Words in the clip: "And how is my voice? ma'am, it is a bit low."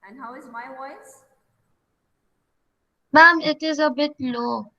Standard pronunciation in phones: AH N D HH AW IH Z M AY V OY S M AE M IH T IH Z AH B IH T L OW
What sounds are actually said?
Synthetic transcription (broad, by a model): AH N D HH AW IH Z M AY W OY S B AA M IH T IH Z AH B IH T L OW